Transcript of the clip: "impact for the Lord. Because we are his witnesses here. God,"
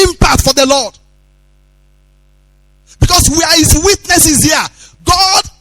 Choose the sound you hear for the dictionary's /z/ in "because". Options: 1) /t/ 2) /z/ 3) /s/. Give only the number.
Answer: 3